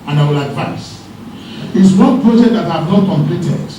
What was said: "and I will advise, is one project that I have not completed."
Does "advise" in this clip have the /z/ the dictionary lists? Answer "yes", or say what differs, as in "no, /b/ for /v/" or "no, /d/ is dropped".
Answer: no, /s/ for /z/